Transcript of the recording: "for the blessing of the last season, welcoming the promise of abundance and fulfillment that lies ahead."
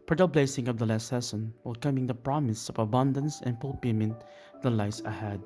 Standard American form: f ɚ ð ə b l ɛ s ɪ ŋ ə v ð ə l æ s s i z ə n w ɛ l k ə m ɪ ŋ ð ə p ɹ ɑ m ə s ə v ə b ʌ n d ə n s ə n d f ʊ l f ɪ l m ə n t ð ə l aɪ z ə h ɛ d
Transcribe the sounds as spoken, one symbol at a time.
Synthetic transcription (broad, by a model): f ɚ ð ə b l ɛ s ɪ ŋ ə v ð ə l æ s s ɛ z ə n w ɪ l k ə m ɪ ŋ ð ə p ɹ ɑ m ə s ə v ə b ʌ n d ə n s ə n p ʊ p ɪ m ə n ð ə l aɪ s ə h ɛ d